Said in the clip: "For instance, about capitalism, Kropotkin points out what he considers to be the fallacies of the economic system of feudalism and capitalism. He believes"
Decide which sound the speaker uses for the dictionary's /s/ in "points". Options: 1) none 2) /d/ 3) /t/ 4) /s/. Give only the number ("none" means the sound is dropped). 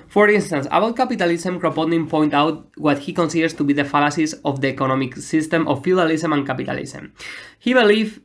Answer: 1